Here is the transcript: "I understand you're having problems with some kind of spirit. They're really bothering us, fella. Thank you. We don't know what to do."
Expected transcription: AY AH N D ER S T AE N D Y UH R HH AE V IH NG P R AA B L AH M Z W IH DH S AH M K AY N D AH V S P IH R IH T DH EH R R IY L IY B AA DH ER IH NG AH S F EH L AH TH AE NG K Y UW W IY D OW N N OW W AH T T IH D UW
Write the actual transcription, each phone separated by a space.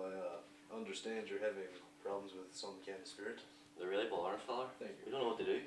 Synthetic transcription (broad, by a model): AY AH N D ER S T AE N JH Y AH R HH AE V IH NG P R AA B L AH M Z W IH DH S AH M K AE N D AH S P IH R IH T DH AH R R IY L IY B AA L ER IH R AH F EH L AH TH AE NG K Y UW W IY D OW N N OW W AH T T IH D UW